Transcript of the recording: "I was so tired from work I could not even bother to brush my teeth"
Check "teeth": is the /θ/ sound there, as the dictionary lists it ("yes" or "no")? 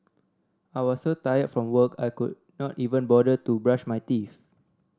no